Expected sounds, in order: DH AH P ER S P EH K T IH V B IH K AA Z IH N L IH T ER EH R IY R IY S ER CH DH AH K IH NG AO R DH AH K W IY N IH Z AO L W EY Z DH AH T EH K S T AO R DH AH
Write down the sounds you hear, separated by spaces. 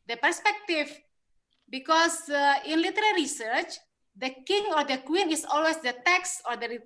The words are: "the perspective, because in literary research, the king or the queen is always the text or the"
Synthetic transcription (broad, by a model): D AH P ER S P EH K T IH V B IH K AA S IH N L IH T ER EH R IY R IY S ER CH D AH K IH NG AO R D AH K W IY N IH S AO L W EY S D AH T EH K S AO R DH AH